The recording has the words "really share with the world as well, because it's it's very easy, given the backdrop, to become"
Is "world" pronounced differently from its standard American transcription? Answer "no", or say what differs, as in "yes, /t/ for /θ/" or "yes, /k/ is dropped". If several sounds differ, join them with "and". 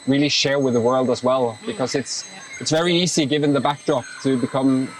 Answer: no